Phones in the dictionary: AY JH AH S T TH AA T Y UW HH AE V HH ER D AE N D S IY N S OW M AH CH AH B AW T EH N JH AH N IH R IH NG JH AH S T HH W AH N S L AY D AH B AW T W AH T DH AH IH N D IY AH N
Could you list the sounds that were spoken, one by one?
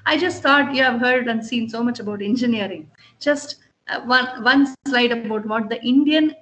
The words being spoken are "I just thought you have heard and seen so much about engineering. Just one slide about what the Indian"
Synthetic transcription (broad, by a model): AY JH AH S T T AA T Y UW HH AE V HH ER D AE N D S IY N S OW M AH CH AH B AW T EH N JH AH N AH R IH NG JH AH S T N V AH N S L AY D AH B AW T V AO T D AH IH N D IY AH N